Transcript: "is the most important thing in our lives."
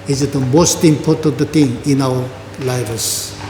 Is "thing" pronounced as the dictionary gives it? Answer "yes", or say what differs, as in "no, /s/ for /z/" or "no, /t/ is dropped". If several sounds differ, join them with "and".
no, /t/ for /θ/